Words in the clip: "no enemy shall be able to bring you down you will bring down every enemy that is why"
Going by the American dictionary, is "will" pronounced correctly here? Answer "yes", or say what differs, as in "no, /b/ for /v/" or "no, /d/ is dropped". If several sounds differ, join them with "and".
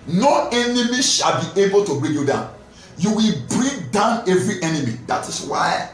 yes